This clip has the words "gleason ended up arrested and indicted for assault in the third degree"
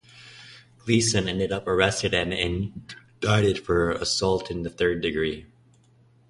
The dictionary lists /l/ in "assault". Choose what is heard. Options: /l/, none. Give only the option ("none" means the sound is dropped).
/l/